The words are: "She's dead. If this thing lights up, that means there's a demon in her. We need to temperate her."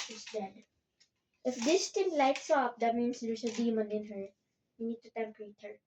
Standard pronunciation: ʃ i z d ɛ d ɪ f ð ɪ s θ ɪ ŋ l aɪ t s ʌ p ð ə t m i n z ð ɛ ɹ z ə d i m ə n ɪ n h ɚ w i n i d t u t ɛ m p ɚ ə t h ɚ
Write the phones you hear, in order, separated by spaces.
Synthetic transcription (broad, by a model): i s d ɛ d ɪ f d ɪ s t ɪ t l aɪ t s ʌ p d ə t m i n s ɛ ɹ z ə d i m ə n ɪ n h ɚ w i n i d t u t ɛ m p ɚ ə t h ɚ